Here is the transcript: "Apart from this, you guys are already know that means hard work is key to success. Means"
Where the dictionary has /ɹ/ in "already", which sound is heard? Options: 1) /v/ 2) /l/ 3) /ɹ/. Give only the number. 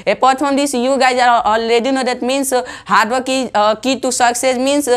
2